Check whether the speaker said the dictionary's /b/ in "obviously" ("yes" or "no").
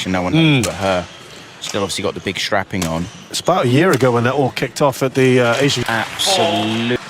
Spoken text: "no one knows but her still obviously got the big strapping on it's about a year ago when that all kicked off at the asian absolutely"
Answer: no